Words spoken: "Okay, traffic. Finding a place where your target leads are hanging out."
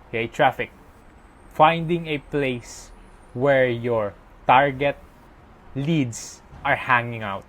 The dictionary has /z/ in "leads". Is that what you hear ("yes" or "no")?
no